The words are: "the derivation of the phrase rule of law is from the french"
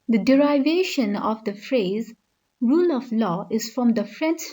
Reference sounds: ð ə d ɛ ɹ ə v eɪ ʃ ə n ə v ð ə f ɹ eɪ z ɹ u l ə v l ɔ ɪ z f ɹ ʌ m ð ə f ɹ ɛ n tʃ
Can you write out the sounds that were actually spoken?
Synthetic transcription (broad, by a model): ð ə d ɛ ɹ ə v eɪ ʃ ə n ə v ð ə f ɹ eɪ z ɹ u l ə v l ɔ ɪ z f ɹ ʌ m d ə f ɹ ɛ n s